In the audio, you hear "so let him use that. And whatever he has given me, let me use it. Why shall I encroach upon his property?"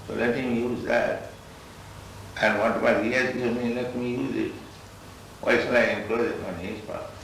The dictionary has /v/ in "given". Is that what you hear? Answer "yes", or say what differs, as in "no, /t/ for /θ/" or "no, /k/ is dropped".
no, /v/ is dropped